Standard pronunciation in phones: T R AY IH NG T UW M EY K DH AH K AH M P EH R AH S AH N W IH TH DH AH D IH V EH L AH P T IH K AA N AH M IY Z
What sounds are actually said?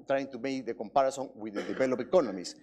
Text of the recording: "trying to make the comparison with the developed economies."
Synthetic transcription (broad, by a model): T R AY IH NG T UW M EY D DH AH K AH M P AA R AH S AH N W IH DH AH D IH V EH L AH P IH K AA N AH M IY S